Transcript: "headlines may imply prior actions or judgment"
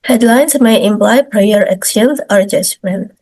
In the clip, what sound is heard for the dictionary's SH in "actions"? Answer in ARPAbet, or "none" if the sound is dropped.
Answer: S